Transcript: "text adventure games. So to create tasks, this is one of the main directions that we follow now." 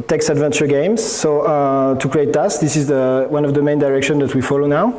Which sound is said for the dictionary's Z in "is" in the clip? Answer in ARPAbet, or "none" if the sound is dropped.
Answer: Z